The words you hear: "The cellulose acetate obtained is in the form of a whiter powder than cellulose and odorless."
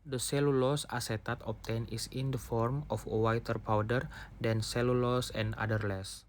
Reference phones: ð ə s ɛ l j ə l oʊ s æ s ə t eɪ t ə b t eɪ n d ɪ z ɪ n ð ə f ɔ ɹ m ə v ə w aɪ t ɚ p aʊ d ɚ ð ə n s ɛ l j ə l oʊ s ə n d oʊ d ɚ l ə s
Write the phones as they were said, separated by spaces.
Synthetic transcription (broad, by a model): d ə s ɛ l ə l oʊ s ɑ s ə t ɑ t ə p t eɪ n ɪ s ɪ n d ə f ɔ ɹ m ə f ə w aɪ t ɚ p aʊ d ɚ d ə n s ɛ l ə l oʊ s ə n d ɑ d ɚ l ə s